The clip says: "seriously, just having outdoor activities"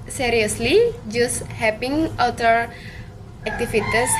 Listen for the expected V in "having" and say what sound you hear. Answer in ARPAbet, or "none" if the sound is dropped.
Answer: P